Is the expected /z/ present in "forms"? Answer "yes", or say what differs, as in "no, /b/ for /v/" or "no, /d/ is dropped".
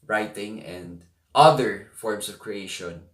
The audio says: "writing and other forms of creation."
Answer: no, /s/ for /z/